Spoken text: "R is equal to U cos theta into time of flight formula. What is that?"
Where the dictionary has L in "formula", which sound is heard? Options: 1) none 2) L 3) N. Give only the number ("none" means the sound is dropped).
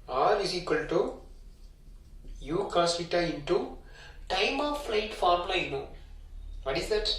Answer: 3